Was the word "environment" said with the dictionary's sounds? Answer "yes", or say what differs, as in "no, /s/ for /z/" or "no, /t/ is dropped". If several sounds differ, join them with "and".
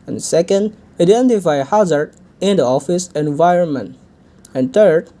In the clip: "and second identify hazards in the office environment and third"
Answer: yes